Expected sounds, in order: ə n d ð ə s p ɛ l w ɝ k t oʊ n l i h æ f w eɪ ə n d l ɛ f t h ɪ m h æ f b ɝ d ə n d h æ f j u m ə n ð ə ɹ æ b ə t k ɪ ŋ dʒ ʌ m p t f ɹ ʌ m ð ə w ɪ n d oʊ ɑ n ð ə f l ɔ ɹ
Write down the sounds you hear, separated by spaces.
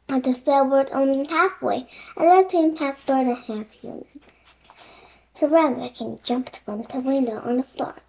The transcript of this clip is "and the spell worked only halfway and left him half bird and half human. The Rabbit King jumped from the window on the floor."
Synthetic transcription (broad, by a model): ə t ð ə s ɛ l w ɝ t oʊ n i h æ f w eɪ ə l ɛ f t h ɪ m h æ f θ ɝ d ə h æ f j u m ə n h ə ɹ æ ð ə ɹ k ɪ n dʒ ʌ m p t f ɹ ʌ m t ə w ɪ n d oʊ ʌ n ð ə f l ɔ ɹ